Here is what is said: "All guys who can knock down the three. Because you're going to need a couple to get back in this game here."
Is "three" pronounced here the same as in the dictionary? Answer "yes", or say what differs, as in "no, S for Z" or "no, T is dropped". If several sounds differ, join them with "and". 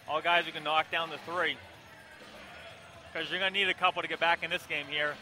yes